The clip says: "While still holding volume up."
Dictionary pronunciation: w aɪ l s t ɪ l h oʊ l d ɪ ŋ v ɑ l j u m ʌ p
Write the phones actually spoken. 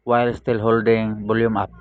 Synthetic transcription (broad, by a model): w aɪ l s t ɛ l h oʊ l d ɪ ŋ b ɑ l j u m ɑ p